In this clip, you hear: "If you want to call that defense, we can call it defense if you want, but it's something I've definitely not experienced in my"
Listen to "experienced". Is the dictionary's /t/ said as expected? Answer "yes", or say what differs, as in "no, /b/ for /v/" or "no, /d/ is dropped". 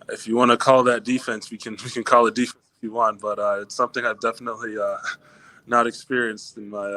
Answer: yes